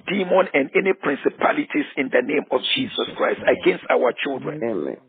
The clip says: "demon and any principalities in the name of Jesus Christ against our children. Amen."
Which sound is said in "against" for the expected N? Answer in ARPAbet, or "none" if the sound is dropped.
N